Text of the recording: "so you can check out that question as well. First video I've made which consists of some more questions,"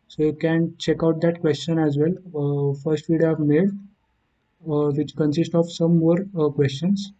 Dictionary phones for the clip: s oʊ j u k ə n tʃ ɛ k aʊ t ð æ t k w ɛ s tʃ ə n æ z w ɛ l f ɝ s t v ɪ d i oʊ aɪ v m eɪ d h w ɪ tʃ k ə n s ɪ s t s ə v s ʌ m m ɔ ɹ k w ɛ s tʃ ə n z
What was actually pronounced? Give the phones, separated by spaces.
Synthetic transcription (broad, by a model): s oʊ j u k ə n tʃ ɛ k aʊ t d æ t k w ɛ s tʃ ə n æ z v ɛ l f ɝ s t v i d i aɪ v m eɪ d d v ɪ tʃ k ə n s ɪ s t ə v s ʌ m m ɔ ɹ k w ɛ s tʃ ə n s